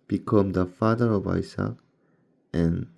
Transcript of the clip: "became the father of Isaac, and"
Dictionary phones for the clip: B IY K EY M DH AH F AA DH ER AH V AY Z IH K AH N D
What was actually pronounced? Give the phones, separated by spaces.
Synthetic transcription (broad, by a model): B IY K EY M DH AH F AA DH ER AH V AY S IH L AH N